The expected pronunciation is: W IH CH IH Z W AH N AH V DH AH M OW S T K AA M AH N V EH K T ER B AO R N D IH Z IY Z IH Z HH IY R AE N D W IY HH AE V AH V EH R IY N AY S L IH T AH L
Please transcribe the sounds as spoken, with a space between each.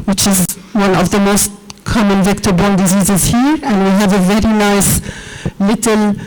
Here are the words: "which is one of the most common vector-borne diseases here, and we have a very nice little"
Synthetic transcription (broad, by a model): W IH CH IH Z W AH N AH V DH AH M OW S T K AA M AH N V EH K T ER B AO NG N D IH Z IY Z IH Z HH IY R AE N D W IY HH AE V AH V EH R IY N AY S L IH T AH L